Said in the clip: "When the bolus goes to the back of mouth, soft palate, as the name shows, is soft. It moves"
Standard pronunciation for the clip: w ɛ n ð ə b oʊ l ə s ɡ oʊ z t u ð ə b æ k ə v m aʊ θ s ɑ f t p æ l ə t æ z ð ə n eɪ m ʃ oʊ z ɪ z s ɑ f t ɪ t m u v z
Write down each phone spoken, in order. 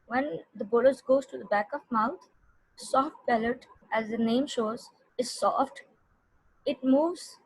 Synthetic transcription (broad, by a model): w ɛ n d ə b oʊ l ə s ɡ oʊ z t u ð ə b æ k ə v m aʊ t s ɑ f t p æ l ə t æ z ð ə n eɪ m ʃ oʊ z ɪ z s ɑ f t ɪ t m u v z